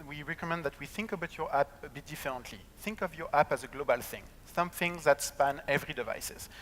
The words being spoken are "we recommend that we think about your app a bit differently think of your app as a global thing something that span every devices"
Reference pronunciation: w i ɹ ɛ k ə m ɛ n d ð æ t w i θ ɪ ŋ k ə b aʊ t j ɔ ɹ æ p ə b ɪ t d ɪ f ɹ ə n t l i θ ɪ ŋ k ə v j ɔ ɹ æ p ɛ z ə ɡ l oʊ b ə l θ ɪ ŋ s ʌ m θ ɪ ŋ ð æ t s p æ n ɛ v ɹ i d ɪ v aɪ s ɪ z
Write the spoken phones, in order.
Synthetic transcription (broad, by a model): w i ɹ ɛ k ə m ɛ n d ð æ t w i θ ɪ ŋ k ə b aʊ t j ɔ ɹ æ p ə b ɪ t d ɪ f ɹ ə n t l i θ ɪ ŋ k ə v j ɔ ɹ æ p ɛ z ə ɡ l oʊ b ə l θ ɪ ŋ s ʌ m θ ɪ ŋ ð æ t s p æ n ɛ v ɹ i d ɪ v aɪ s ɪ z